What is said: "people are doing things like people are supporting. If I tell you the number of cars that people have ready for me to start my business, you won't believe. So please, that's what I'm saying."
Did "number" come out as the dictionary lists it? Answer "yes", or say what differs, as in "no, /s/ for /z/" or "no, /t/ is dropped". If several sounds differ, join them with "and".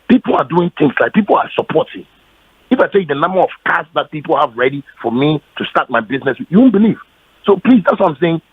yes